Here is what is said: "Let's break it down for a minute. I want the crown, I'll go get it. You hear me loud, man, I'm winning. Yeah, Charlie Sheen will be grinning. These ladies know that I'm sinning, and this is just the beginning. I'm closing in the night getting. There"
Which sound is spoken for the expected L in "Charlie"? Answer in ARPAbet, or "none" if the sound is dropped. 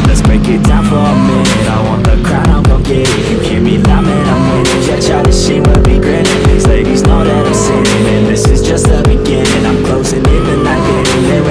none